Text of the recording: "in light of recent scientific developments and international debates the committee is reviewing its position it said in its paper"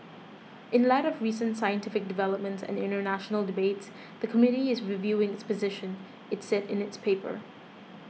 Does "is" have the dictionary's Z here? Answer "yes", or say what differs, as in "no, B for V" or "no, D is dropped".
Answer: yes